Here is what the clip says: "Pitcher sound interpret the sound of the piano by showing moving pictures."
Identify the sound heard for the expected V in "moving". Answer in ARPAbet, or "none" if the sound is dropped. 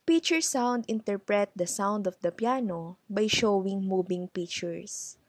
B